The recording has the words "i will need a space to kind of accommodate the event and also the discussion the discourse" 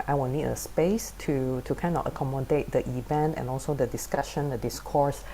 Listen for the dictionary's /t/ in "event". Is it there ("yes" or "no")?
yes